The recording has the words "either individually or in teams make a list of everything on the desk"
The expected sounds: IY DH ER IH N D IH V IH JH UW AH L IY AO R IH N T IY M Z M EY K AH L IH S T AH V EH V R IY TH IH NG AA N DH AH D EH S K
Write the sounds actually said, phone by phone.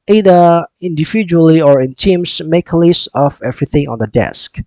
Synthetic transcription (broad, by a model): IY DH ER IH N D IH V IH JH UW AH L IY AO R IH N T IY M S M EY K L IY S AH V EH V R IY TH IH NG AA N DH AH D EH S K